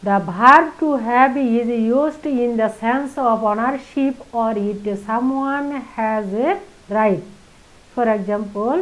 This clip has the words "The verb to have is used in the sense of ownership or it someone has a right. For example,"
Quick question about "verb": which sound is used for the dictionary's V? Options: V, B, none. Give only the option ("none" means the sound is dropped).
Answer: B